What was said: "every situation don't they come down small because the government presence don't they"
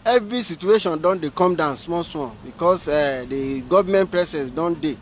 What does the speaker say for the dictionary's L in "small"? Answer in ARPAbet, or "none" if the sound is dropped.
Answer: W